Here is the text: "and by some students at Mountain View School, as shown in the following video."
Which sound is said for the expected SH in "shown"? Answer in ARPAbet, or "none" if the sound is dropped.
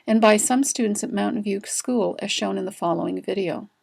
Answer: SH